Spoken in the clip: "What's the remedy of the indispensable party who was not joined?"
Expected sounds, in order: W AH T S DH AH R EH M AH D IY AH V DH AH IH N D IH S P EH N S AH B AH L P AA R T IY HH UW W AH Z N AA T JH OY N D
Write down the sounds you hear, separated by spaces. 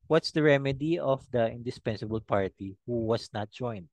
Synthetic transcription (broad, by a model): W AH T S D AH R EH M AH D IY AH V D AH IH N D IH S P EH N S AH B AH L P AA R T IY HH UW W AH S N AA T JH OY N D